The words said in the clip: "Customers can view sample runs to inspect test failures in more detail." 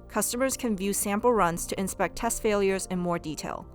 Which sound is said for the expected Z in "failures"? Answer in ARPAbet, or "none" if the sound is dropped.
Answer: Z